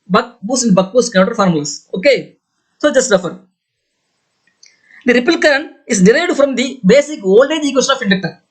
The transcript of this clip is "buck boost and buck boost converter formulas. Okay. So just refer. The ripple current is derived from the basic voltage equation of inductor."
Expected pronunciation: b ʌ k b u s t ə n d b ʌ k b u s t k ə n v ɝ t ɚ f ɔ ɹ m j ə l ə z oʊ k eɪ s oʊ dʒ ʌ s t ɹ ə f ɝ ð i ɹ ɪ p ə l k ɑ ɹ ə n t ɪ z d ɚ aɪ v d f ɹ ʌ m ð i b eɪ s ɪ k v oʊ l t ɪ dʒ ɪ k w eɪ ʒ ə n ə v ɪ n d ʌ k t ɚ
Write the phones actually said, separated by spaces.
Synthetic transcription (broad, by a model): b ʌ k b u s ə n d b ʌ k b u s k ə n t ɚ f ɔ ɹ m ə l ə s oʊ k eɪ s oʊ dʒ ʌ s t ɹ ə f ɝ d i ɹ ɪ p ə l k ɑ ɹ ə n ɪ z d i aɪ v d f ɹ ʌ m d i b eɪ s ɪ k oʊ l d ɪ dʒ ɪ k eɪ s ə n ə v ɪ n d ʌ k t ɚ